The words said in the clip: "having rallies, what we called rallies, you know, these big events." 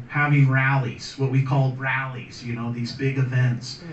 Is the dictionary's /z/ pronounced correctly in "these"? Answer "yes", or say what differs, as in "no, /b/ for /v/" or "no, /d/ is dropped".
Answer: yes